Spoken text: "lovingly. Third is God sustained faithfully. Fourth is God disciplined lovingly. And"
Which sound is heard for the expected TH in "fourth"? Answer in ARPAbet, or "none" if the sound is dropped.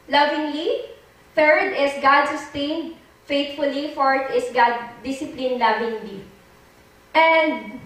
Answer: T